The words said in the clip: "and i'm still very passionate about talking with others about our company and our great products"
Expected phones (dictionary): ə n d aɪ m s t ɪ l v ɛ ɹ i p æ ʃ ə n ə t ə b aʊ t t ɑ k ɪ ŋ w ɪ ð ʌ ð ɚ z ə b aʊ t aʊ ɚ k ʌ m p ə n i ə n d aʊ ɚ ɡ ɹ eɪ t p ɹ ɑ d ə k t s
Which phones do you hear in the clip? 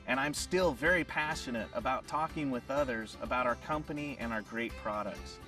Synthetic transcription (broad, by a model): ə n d aɪ m s t ɪ l v ɛ ɹ i p æ ʃ ə n ə t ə b aʊ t t ɑ k ɪ ŋ w ɪ ð ʌ ð ɚ z ə b aʊ t aʊ ɚ k ʌ m p ə n i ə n aʊ ɚ ɡ ɹ eɪ t p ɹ ɑ d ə k t s